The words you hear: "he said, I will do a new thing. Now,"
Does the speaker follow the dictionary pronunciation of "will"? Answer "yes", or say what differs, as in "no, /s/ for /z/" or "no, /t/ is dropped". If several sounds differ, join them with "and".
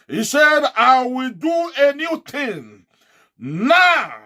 yes